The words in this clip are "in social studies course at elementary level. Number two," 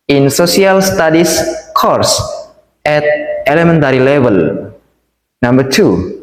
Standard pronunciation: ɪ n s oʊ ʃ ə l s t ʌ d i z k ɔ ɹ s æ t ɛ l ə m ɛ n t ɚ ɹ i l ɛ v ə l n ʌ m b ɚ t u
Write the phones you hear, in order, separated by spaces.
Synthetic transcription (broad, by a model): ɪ n s oʊ s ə l s t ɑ d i s k ɔ ɹ s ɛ t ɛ l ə m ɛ n t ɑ ɹ i l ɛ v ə l n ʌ m b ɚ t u